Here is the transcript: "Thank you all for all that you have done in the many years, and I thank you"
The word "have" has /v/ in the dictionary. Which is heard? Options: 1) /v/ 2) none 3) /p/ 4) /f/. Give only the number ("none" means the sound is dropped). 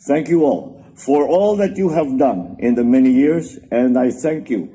1